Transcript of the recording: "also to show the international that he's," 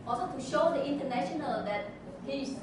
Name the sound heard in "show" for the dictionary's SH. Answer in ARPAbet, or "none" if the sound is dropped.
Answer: SH